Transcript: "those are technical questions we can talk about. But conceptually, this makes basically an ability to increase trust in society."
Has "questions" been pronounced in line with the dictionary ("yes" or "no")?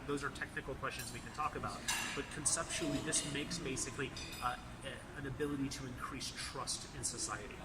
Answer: yes